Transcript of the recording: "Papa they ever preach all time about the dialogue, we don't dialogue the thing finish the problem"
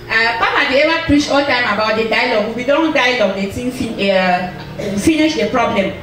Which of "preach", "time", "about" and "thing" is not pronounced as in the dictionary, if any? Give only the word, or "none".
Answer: thing